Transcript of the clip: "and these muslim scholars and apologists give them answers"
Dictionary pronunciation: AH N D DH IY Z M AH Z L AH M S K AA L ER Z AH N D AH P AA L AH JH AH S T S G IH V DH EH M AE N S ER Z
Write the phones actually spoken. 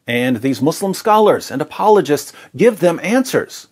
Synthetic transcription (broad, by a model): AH N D DH IY Z M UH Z L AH M S K AA L ER Z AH N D AH P AA L AH JH AH S T S G IH V DH EH M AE N S ER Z